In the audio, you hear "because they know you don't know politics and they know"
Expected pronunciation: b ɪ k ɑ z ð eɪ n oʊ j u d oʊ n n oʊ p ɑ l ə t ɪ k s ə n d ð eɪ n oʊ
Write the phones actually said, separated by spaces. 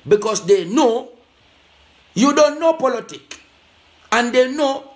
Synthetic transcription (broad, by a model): b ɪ k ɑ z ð eɪ n oʊ j u d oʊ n n oʊ p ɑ l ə t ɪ k ə n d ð eɪ n oʊ